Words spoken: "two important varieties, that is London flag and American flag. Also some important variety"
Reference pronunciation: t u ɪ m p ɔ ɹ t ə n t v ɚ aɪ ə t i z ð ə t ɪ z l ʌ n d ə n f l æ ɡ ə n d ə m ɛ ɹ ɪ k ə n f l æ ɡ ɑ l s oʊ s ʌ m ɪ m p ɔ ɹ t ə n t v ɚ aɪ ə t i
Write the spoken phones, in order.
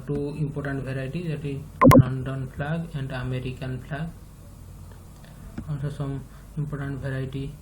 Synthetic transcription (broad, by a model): t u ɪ m p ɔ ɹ t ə n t b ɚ aɪ t i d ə t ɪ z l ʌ n d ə n p l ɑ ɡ ə n d ə m ɛ ɹ ɪ k ə n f l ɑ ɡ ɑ n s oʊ s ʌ m ɪ m p ɔ ɹ t ə n t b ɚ aɪ t i